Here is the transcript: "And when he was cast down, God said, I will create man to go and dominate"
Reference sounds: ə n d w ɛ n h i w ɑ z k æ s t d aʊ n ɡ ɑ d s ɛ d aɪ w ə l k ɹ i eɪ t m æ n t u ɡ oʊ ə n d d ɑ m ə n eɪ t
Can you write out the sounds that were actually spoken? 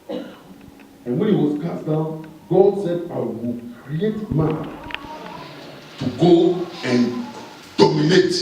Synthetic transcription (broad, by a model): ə n w ɛ n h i w ɑ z k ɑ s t d aʊ n ɡ ɑ d s ɛ d aɪ w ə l k ɹ i eɪ t m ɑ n t u ɡ oʊ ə n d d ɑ m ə n eɪ t